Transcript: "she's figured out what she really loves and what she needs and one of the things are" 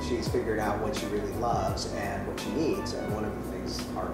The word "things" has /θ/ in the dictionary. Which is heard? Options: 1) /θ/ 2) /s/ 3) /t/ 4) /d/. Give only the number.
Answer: 1